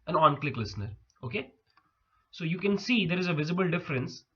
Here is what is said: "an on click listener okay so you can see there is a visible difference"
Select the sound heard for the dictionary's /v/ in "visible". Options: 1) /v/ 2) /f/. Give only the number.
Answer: 1